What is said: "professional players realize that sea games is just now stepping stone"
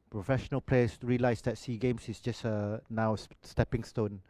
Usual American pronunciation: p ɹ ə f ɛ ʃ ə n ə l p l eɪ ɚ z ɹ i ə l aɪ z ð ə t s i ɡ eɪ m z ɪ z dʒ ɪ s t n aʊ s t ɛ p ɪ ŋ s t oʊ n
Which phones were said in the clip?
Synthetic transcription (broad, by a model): p ɹ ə f ɛ ʃ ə n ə l p l eɪ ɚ s ɹ i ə l aɪ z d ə t s i ɡ eɪ m s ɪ s dʒ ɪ s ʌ n aʊ s t ɛ p ɪ ŋ s t oʊ n